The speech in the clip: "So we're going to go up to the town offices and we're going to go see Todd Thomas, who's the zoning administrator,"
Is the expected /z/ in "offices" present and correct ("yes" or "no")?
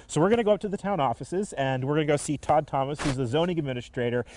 yes